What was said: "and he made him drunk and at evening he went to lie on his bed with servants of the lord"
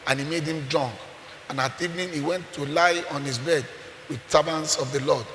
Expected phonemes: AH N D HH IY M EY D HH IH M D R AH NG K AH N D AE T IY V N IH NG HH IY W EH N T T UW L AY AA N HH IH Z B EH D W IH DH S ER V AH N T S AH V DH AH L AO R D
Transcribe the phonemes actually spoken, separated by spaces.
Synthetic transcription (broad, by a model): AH N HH IY M EY D HH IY M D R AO NG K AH N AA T IY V N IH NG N IY W EH N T T UW L AY AA N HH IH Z B EH D W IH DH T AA B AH N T S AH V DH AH L AO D